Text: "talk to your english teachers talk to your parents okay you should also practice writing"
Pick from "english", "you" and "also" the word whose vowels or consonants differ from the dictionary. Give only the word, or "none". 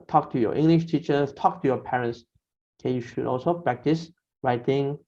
none